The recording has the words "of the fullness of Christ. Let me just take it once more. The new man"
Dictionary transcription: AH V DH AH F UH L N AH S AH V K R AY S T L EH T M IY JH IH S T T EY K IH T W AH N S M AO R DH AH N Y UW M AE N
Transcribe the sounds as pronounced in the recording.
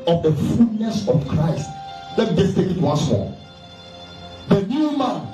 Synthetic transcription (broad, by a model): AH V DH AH F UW L N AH S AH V K R AY S T L EH T M IY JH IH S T T EY K IH T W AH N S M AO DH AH N Y UW M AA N